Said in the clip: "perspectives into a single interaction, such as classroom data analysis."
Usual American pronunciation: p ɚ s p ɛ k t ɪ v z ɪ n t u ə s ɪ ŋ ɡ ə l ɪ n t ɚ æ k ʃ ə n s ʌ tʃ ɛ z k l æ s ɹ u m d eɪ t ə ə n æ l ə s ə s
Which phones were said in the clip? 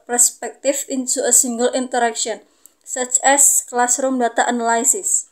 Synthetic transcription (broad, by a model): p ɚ s p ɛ k t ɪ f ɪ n s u ə s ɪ ŋ ɡ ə l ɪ n t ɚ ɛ k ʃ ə n s ʌ tʃ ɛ s k l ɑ s ɹ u m d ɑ t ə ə n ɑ l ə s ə s